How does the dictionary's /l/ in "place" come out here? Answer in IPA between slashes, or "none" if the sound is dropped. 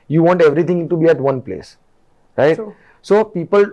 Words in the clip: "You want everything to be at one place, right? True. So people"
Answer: /l/